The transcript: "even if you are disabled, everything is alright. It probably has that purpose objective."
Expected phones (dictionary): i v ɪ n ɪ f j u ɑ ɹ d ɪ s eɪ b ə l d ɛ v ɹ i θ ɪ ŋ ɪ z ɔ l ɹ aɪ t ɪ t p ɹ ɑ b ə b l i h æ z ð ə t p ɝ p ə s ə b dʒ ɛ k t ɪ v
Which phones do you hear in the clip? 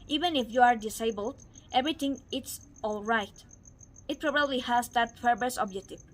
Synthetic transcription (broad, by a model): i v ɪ n ɪ f j u ɑ ɹ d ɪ s eɪ b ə l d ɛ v ɹ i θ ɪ ŋ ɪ s ɔ l ɹ aɪ t ɪ t p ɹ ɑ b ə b l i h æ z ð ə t f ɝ b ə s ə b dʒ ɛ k t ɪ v